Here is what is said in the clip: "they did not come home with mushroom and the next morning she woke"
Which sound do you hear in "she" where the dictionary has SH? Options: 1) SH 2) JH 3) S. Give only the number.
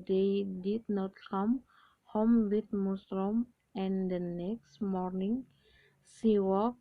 3